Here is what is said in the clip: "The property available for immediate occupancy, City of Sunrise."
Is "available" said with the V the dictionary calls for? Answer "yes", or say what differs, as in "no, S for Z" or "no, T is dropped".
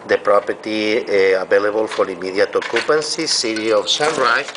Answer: no, B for V